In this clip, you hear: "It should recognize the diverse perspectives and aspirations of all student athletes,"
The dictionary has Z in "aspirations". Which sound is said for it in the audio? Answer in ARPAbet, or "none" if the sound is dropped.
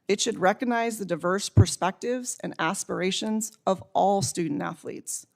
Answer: Z